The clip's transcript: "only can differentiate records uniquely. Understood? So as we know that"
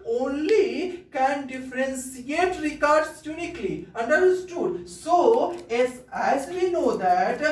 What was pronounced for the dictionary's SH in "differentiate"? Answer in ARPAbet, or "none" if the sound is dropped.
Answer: S